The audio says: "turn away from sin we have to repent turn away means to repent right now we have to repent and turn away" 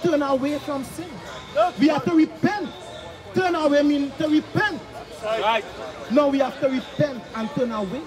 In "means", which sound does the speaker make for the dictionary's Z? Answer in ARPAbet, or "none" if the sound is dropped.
none